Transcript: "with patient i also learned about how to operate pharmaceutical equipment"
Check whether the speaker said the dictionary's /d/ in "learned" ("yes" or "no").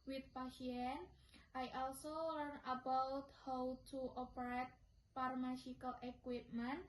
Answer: no